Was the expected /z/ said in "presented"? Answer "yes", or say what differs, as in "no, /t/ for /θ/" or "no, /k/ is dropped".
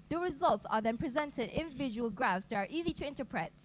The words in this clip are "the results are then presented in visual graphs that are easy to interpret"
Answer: yes